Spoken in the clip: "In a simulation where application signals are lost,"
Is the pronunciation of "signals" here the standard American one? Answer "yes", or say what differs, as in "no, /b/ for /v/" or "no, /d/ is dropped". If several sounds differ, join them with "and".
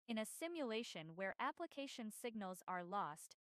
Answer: yes